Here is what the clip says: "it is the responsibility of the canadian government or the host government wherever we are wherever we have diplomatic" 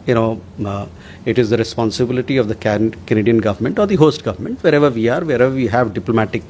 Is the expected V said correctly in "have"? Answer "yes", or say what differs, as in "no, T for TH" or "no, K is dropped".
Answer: yes